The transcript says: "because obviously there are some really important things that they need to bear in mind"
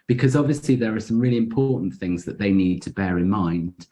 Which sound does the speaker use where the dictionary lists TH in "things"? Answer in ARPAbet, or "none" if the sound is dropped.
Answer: TH